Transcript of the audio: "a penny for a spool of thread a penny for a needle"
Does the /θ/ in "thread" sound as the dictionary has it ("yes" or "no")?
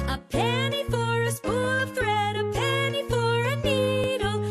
yes